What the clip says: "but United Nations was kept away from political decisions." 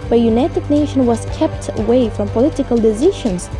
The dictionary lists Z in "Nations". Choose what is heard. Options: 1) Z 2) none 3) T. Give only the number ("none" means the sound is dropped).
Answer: 2